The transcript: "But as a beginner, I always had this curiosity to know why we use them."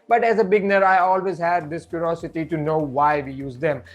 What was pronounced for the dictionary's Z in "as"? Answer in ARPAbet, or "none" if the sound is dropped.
Z